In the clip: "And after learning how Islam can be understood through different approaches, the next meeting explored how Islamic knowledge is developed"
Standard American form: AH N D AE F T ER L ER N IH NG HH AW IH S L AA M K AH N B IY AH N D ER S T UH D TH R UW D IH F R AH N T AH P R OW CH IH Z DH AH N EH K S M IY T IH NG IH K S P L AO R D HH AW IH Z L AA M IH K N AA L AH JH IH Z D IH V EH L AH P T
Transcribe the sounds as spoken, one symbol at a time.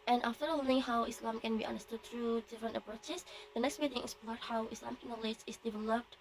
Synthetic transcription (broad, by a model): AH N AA F T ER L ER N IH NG HH AW IH S L AA M K AH N B IY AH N D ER S T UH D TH R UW D IH F R AH N T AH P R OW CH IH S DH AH N EH K S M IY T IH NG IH S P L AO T HH AW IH S L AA M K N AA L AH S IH S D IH V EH L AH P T